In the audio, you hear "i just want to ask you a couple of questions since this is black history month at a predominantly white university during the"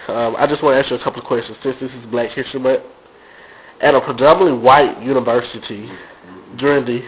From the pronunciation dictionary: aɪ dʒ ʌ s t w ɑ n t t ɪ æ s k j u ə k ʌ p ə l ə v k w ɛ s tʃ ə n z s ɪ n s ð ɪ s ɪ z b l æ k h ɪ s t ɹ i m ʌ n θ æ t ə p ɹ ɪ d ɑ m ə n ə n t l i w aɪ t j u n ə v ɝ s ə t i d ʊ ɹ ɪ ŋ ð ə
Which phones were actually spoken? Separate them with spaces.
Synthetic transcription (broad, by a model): aɪ dʒ ʌ s t w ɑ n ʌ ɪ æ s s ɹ ə k ʌ p l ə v k w ɛ s tʃ ə n z s ɪ n s ð ɪ s ɪ z b l æ k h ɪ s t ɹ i m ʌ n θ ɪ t ə p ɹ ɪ d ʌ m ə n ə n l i w aɪ t j u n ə v ɝ s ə t i d ʊ ɹ ɪ ŋ ð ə